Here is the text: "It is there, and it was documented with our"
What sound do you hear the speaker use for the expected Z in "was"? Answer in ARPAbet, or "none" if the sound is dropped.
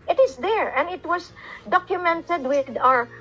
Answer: S